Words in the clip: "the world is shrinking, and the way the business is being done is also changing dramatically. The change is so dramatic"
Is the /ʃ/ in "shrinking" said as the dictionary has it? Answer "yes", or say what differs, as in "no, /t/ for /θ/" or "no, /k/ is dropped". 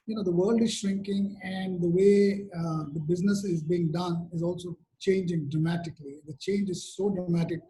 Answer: yes